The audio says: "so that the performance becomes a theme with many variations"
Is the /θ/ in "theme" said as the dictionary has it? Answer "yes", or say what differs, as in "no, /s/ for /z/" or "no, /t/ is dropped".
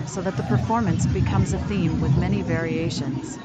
yes